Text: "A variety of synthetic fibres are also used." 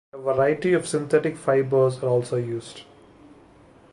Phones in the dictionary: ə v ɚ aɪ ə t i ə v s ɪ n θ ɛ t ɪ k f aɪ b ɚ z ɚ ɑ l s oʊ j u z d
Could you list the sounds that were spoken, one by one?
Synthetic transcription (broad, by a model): ə v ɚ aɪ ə t i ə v s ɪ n t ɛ t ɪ k f aɪ b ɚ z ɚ ɑ l s oʊ j u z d